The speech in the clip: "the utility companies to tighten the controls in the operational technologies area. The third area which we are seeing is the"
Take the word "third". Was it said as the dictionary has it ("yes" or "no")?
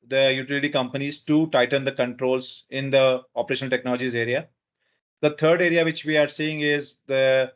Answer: no